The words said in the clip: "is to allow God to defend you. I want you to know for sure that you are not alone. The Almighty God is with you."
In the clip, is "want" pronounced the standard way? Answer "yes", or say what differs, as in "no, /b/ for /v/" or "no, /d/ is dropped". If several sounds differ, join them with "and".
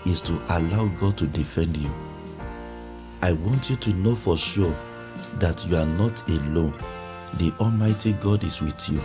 yes